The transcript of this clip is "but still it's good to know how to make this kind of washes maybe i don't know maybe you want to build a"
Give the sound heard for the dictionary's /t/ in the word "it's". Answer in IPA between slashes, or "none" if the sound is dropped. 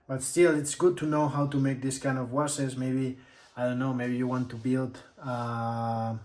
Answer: /t/